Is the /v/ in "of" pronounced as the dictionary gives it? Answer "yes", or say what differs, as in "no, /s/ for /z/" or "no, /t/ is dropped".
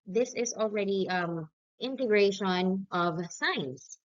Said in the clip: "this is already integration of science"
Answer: yes